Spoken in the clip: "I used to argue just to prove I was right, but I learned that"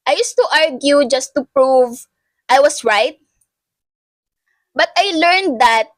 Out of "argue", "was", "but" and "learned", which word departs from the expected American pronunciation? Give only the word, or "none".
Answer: was